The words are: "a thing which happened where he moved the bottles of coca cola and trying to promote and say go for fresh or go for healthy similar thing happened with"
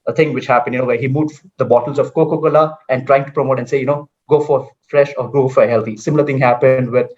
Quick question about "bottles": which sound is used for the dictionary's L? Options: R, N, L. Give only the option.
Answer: L